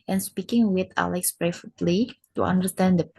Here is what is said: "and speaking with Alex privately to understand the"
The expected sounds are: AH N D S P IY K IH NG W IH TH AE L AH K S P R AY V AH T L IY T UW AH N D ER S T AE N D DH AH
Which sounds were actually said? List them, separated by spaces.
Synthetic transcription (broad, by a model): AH N S P IY K IH NG W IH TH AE L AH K S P R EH F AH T L IY T UW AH N D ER S T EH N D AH